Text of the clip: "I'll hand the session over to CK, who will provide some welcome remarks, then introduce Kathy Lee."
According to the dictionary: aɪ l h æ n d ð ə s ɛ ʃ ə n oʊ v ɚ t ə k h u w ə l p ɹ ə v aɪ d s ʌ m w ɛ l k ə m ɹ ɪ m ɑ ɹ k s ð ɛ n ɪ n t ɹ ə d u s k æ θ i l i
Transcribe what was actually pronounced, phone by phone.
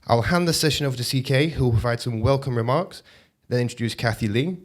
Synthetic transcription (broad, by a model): aɪ l h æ n ð ə s ɛ ʃ ə n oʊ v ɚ s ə k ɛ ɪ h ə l p ɹ ə v aɪ d s ʌ m w ɛ l k ə m ɹ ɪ m ɑ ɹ k s ð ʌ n ɪ n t ɹ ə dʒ u s k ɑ θ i l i